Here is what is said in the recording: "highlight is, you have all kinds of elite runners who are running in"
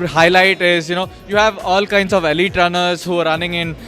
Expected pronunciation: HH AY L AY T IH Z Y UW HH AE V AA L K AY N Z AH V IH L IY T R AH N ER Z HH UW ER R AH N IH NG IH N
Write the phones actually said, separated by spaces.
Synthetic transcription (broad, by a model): HH AY L AY T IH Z Y UW HH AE V AA L K AY N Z AH V IH L IY T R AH N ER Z HH UW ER R AH N IH NG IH N